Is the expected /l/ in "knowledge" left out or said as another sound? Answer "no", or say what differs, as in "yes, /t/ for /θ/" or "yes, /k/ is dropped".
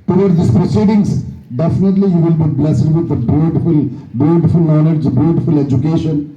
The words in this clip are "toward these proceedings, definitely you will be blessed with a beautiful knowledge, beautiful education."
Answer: yes, /n/ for /l/